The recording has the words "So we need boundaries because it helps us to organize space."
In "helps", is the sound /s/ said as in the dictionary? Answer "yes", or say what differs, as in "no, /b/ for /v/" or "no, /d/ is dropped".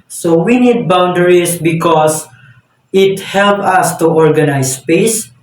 no, /s/ is dropped